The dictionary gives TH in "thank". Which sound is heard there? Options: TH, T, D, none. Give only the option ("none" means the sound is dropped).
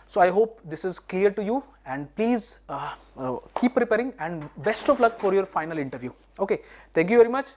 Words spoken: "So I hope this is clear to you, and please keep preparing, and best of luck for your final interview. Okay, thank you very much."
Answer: T